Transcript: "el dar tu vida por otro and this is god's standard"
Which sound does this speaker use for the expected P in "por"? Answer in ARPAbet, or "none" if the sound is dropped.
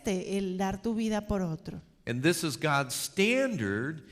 P